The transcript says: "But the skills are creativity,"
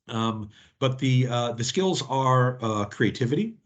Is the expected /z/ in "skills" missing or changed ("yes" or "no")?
no